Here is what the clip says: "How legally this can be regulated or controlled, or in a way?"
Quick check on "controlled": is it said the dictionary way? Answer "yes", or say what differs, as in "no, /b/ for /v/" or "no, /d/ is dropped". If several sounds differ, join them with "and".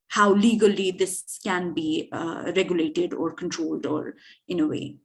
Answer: yes